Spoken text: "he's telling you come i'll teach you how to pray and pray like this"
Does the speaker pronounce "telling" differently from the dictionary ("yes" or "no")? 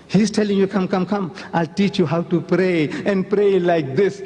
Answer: no